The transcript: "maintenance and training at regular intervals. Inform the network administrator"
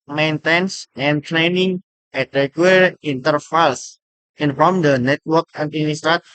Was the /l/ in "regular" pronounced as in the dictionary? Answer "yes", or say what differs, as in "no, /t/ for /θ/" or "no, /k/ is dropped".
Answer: no, /l/ is dropped